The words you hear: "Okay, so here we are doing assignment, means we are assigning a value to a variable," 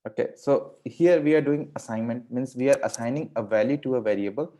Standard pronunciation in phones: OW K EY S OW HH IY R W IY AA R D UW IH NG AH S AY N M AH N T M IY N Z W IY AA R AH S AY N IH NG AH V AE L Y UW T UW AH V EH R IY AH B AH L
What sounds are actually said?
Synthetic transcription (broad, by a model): OW K EY S OW HH IY R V IY AA R D UW IH NG AH S AY N M AH N T M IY N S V IY AA R AH S AY N IH NG AH V AE L Y UW T UW AH V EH R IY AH B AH L